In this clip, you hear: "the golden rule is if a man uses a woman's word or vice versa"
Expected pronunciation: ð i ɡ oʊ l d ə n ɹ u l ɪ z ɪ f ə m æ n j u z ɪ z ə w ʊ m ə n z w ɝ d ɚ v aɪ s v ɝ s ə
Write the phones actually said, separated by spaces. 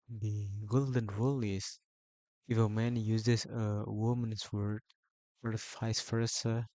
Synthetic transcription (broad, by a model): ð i ɡ oʊ l d ə n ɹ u l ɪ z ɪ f ə m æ n j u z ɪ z ə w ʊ m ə n s w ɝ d ɚ f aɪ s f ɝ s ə